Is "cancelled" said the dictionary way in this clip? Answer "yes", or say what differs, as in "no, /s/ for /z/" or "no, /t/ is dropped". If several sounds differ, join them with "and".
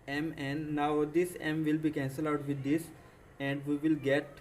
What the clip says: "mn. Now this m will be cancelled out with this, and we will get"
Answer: no, /d/ is dropped